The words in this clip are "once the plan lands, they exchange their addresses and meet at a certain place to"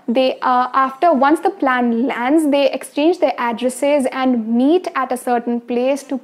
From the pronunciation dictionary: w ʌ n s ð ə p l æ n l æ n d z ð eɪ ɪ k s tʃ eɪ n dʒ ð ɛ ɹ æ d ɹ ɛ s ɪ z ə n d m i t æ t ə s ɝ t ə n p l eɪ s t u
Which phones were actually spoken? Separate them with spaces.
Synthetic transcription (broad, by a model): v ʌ n s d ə p l æ n l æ n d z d eɪ ɪ k s tʃ eɪ n dʒ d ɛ ɹ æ d ɹ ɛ s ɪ z ə n d m i t æ t ə s ɝ t ə n p l eɪ s t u